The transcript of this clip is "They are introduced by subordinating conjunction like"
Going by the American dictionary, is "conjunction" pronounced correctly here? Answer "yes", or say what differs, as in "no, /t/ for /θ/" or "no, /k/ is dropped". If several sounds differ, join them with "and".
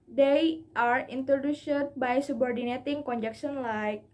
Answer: no, /ŋ/ is dropped